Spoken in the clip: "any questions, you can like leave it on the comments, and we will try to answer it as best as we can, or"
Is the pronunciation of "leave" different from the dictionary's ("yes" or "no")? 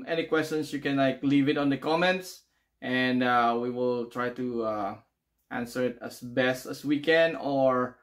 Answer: no